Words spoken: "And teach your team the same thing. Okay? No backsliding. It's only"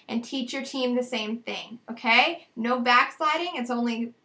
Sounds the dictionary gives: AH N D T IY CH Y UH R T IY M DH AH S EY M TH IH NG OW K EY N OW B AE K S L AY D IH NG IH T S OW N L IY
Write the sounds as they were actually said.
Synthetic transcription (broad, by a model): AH N T IY CH Y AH R T IY M DH AH S EY M TH IH NG OW K EY N OW B AE K S L AY D IH NG IH T S OW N L IY